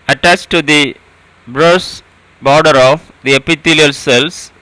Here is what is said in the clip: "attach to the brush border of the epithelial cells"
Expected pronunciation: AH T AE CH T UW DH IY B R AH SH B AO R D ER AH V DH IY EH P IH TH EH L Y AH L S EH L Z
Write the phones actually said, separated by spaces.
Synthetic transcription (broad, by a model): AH T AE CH T UW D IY B R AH S B AO R D ER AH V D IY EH P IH T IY L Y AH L S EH L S